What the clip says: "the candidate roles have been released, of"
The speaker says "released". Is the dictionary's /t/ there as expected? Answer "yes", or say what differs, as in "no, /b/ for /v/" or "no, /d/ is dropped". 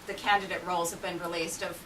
yes